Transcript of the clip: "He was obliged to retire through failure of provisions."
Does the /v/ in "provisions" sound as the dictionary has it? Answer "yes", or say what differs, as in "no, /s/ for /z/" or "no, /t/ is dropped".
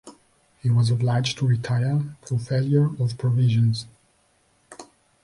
yes